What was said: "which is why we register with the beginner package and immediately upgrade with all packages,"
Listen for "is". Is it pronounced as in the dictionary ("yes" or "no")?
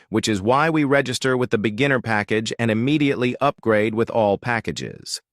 yes